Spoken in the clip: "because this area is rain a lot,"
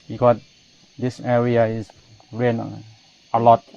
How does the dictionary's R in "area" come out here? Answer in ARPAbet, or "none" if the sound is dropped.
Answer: R